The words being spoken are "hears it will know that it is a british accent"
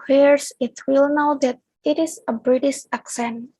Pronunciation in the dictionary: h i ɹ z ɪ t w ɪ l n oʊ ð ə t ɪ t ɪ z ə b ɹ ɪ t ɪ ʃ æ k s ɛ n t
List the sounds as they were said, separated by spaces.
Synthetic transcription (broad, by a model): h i ɹ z ɪ t w ɪ l n oʊ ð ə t ɪ t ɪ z ə b ɹ ɪ t ɪ ʃ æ k s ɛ n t